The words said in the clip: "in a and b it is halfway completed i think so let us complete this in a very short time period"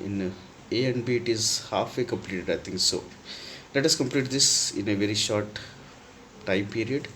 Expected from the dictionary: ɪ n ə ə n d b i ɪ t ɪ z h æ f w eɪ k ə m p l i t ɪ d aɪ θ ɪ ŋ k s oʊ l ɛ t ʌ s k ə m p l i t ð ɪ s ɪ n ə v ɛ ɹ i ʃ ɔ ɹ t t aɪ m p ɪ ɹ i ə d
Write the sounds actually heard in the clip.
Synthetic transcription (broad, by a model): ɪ n ə ə n d b i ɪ t ɪ z h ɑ f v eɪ k ə m p l i t ɪ d aɪ t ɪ ŋ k s oʊ l ɛ t ʌ s k ə m p l i t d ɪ s ɪ n ə v ɛ ɹ i ʃ ɔ ɹ t t aɪ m p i ɹ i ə d